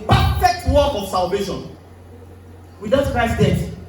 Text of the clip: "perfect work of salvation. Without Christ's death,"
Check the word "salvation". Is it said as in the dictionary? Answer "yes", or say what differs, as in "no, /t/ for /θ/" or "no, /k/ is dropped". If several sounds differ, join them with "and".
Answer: yes